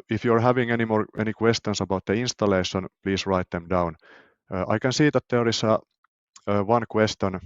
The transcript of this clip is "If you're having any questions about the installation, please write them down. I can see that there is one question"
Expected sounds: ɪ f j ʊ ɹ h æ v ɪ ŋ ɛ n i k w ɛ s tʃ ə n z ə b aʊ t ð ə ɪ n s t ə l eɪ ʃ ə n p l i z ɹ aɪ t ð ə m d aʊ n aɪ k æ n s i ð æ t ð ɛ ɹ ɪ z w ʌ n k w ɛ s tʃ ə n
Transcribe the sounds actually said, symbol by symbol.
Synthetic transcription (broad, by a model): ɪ f j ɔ ɹ h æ v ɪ ŋ ɛ n i k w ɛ s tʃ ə n s ə b aʊ t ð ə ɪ n s t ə l eɪ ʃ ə n p l i s ɹ aɪ t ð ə m d aʊ n aɪ k æ n s i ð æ t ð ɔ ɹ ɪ s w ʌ n k w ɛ s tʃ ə n